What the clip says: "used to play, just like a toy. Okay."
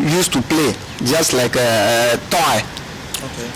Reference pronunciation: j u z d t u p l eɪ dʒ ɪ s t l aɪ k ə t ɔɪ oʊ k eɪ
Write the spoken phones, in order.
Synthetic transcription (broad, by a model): j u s t u p l eɪ dʒ ɪ s t l aɪ k ə t ɔɪ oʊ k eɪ